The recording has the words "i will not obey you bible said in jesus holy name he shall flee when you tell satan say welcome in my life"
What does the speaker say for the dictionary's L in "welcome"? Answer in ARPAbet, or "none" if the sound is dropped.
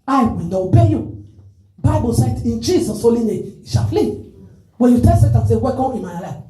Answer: none